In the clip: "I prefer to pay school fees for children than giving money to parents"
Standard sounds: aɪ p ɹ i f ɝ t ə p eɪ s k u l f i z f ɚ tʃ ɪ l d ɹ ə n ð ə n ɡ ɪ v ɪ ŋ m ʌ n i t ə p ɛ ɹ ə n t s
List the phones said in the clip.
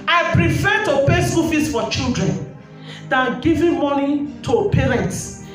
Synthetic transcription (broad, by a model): aɪ p ɹ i f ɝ t ə p eɪ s u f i s f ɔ tʃ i l d ɹ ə n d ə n ɡ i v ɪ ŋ m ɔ n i t ə p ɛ ɹ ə n t s